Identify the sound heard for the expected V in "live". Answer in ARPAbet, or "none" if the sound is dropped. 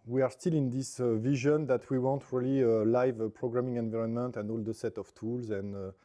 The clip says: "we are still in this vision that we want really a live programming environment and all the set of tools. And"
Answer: V